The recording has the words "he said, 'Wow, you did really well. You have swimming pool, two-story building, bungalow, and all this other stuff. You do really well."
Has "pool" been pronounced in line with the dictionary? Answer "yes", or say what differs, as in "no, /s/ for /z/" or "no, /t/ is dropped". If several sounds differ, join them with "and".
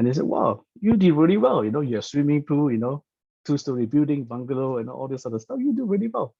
no, /n/ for /l/